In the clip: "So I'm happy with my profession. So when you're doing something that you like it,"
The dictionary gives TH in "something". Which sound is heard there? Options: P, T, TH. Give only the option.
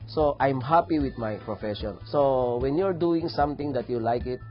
T